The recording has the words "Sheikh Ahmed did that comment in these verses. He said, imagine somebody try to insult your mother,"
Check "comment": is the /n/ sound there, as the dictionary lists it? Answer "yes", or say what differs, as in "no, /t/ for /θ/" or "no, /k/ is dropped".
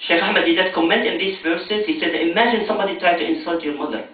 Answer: yes